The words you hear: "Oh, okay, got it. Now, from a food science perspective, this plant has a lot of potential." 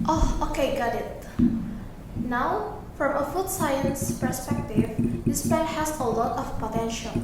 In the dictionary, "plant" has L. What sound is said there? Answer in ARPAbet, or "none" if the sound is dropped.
none